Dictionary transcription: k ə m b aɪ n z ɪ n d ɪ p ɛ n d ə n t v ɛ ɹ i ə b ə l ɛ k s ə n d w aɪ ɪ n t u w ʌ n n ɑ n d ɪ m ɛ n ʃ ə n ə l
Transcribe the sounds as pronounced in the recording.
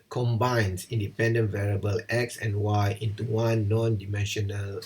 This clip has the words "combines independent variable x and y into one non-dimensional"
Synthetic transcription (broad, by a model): k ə m b aɪ n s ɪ n d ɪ p ɛ n d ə n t v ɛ ɹ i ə b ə l ɛ k s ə n w aɪ ɪ n t u w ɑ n n ɑ n d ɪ m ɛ n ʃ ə n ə l